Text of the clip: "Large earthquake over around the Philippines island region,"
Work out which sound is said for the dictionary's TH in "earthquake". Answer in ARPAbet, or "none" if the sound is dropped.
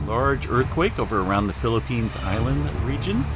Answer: TH